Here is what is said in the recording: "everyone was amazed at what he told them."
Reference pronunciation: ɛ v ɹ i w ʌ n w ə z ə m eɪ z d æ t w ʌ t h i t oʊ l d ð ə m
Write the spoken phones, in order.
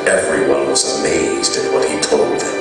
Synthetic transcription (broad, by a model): ɛ v ɹ i w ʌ n w ə z ə m eɪ z d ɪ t w ʌ t h i t oʊ l d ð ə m